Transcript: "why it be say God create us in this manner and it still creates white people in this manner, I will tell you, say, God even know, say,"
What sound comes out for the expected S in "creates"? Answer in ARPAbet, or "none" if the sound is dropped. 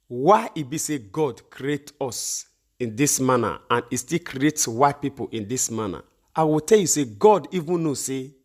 S